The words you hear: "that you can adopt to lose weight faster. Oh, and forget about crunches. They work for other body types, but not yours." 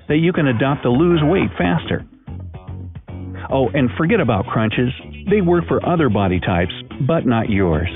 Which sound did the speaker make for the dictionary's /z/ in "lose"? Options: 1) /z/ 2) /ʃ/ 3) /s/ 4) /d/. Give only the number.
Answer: 1